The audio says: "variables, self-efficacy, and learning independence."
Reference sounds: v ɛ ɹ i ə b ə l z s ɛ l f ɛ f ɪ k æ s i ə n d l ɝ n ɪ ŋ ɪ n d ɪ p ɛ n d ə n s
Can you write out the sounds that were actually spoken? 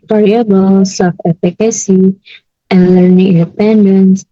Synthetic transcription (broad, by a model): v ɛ ɹ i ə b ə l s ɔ f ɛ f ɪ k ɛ s i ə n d l ɝ n ɪ ŋ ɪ n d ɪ p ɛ n d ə n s